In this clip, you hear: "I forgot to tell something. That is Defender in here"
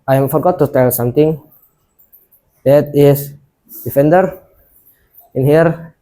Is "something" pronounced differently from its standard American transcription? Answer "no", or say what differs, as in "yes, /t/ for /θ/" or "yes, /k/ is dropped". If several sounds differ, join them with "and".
yes, /t/ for /θ/